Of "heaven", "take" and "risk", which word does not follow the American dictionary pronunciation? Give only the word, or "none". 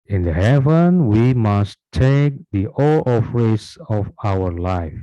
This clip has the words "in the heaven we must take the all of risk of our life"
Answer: risk